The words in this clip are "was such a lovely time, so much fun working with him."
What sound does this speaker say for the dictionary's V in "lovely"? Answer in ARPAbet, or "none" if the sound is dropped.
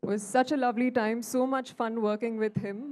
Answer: V